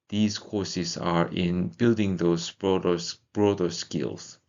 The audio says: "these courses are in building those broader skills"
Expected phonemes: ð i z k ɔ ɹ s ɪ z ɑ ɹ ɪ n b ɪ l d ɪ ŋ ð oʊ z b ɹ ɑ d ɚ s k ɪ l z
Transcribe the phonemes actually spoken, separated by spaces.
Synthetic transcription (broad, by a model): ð i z k ɔ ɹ s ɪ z ɑ ɹ ɪ n b ɪ l d ɪ ŋ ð oʊ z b ɹ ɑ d ɚ s k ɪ l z